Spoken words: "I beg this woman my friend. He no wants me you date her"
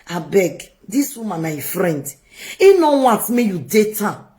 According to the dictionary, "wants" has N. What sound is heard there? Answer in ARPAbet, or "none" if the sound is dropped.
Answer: none